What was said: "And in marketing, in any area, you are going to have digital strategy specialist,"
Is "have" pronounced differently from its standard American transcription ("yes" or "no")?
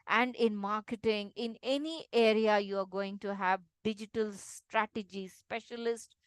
no